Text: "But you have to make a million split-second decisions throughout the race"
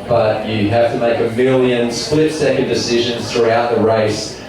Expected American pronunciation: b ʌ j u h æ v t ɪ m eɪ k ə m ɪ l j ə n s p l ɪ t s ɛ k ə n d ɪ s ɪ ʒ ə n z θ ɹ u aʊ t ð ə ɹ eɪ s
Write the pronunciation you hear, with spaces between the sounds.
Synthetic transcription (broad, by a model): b ʌ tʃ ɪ h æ f t ɪ m eɪ k ə m ɪ l j ə n s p l ɪ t s ɛ k ə n d ɪ s ɪ ʒ ə n z θ ɹ u aʊ t ð ə ɹ eɪ s